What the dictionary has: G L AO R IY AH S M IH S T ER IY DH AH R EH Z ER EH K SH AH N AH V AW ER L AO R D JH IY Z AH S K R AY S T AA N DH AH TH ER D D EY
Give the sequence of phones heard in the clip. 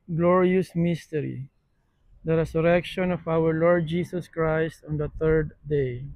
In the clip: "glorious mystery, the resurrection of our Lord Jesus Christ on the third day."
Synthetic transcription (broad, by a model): G L AO R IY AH S M IH S T ER IY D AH R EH S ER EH K SH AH N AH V AW ER L AO R D JH IY S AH S K R AY S T AA N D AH T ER D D EY